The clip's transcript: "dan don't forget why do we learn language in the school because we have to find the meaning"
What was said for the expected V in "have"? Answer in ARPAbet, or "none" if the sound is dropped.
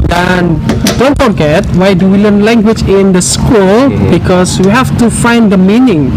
F